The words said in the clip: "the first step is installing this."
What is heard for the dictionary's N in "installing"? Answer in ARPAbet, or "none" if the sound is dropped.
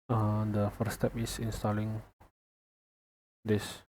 N